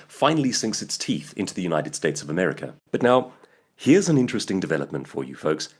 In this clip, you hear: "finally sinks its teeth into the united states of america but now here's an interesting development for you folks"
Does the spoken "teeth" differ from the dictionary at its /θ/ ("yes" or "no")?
no